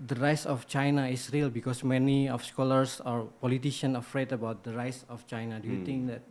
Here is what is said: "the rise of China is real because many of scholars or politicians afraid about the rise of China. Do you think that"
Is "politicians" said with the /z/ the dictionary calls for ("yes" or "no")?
no